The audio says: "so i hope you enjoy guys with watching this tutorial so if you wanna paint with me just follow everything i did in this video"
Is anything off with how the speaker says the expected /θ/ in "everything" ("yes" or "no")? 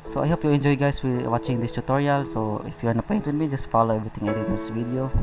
yes